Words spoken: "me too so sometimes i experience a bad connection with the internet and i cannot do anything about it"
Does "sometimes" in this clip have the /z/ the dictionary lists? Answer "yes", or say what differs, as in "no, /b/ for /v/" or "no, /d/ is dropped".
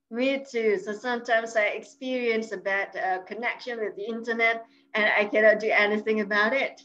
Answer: yes